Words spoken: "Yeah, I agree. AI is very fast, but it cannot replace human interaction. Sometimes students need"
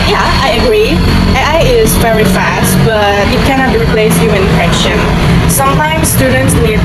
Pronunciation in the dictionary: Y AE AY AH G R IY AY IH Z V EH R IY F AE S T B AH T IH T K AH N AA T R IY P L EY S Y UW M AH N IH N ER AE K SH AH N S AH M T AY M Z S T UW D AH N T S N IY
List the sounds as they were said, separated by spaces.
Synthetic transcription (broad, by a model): Y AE AY AH G R IY AY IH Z V EH R IY F AE S T B AH T IH T K AH N AA T R IY P L EY S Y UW AH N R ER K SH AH N S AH M T AY M S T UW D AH N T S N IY